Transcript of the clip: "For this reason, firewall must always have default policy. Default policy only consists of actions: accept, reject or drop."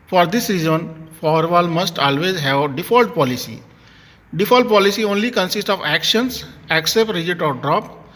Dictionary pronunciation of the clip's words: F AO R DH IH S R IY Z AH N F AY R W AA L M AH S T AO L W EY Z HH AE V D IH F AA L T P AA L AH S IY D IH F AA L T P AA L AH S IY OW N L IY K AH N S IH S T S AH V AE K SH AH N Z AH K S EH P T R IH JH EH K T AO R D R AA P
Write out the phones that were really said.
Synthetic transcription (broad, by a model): F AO R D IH S R IY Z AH N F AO R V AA L M AH S T AO L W EY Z HH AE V D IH F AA L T P AA L AH S IY D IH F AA L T P AA L AH S IY OW N L IY K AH N S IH S T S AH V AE K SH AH N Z AH K S EH P T R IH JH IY T AO R D R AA P